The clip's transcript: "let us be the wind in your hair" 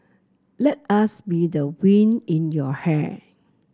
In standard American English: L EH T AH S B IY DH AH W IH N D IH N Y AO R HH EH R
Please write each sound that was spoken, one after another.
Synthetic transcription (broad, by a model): L EH T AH S B IY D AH W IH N IH N Y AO HH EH